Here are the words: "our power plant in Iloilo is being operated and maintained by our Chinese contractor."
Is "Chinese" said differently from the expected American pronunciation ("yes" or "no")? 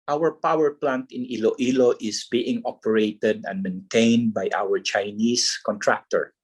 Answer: yes